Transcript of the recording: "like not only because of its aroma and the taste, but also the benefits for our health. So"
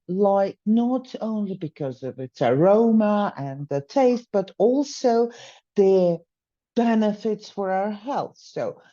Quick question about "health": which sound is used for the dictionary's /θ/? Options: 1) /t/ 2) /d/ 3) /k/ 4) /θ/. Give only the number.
4